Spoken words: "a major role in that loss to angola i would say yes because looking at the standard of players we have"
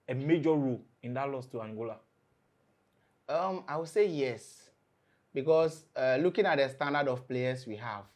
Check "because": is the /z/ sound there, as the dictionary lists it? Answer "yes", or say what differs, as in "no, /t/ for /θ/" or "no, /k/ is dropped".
no, /s/ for /z/